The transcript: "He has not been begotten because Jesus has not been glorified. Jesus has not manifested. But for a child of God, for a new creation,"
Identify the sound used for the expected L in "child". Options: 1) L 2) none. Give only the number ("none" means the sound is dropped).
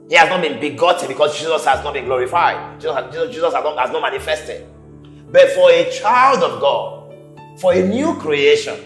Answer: 1